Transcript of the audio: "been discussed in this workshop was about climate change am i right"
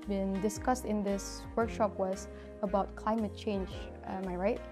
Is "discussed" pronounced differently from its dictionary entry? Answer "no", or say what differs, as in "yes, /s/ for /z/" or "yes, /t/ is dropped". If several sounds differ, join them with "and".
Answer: no